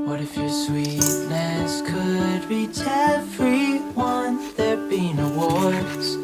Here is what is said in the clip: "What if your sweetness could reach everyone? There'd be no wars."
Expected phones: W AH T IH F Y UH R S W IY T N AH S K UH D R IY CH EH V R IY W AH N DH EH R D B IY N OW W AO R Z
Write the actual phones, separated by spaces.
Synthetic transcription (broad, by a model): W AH T IH F Y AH R S W IY T N AH S K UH D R IY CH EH F R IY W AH N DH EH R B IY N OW W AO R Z